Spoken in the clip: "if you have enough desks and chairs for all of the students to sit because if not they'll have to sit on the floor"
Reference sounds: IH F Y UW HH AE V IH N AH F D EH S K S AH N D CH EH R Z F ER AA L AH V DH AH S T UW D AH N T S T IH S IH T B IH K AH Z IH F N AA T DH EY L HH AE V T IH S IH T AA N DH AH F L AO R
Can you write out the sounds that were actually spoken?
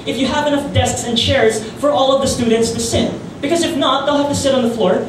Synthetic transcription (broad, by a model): IH F Y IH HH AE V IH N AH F D EH S K S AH N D CH EH R Z F ER AA L AH V DH AH S T UW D N T S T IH S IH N B IH K AH Z IH F N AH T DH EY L HH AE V T IH S IH T N DH AH F L AO R